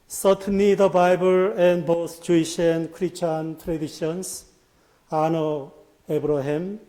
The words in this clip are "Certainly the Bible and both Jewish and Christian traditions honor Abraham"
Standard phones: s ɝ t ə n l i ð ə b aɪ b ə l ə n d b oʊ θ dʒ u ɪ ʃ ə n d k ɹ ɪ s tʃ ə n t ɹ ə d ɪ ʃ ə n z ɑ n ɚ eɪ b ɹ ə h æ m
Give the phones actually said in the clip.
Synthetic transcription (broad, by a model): s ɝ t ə n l i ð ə b aɪ b ə l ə n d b oʊ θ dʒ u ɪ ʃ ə n k ɹ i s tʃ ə n t ɹ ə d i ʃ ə n s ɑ n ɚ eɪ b ɹ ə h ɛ m